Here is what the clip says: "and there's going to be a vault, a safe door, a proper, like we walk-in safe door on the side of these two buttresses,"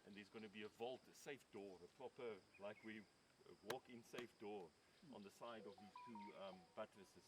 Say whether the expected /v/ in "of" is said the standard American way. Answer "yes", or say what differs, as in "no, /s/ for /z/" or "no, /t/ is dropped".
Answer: yes